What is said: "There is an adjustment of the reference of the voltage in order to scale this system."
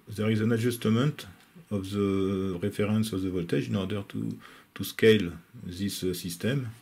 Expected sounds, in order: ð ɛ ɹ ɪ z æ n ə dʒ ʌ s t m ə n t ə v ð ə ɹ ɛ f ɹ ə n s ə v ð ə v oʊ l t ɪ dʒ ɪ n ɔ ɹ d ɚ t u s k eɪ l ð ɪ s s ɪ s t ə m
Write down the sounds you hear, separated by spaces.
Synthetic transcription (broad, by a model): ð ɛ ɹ ɪ z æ n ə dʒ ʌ s t m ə n t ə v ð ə ɹ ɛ f ɹ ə n s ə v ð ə v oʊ l t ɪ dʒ ɪ n ɔ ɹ d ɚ t u s k eɪ l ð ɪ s s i s t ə m